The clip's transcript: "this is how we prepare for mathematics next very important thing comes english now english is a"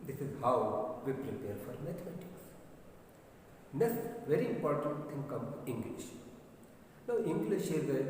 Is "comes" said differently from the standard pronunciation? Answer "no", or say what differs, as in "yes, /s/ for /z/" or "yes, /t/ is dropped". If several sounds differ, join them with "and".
yes, /z/ is dropped